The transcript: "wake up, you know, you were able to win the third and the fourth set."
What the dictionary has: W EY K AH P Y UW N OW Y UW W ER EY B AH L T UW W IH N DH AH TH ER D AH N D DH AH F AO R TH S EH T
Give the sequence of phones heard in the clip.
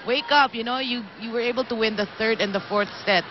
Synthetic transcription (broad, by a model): W EY K AH P Y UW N OW Y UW W ER EY B AH L T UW W IH N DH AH TH ER D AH N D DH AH F AO R TH S EH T